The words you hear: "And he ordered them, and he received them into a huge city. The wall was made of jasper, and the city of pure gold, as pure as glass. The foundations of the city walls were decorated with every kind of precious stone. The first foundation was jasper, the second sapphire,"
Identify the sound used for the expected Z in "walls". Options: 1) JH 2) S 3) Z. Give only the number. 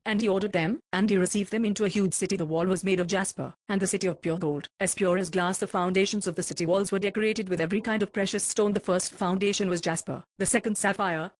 3